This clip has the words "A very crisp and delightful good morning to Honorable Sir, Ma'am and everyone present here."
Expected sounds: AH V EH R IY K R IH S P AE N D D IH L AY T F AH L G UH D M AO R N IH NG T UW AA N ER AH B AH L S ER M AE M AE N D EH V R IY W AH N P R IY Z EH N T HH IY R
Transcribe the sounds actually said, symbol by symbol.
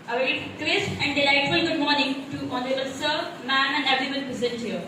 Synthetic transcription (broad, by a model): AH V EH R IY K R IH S AE N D D IH L AY T F AH L G UH D M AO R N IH NG T UW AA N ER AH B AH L S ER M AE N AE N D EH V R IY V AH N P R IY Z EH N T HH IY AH